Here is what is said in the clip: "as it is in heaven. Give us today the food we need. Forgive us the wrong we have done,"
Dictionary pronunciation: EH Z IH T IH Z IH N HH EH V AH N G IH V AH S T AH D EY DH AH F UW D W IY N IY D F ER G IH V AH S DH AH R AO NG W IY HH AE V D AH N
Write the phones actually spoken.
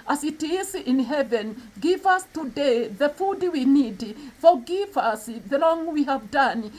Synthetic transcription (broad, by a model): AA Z IH T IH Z IH N HH EH V AH N G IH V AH S T AH D EY DH AH F UW D W IY N IY D F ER G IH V AH S DH AH L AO NG W IY HH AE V D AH N